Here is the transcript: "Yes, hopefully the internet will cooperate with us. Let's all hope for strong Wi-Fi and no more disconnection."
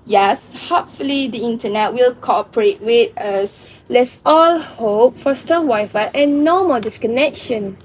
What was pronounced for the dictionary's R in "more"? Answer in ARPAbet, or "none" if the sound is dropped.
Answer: L